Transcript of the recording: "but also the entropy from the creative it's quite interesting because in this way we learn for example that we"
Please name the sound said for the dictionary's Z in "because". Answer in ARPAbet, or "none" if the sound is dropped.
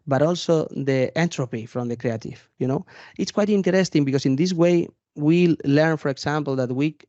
S